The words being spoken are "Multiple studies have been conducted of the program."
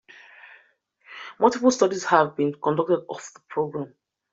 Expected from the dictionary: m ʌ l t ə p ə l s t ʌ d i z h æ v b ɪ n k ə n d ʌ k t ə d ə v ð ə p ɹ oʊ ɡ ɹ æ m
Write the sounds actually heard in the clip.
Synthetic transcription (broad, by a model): m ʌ l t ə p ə l s t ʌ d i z h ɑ v b ɪ n k ə n d ʌ k t ə d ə f ð ə p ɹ oʊ ɡ ɹ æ m